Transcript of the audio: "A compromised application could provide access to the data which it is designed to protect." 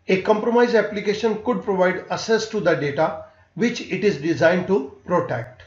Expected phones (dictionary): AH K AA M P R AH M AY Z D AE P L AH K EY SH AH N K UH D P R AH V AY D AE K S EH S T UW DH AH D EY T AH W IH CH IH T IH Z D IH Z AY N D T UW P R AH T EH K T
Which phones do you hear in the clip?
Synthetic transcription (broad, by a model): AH K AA M P R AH M AY Z AE P L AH K EY SH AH N K UH D P R AH V AY D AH S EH S T UW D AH D EY T AH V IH CH IH T IH Z D IH Z AY N D T UW P R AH T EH K T